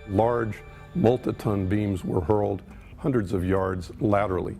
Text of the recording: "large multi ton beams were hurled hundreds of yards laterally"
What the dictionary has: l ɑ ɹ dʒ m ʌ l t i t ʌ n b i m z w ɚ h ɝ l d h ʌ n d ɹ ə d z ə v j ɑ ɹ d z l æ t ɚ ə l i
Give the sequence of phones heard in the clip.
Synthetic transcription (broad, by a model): l ɑ ɹ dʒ m ʌ l t i t ʌ n b i m z w ɚ h ɝ l d h ʌ n d ɹ ə d z ə v j ɑ ɹ d z l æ t ɚ l i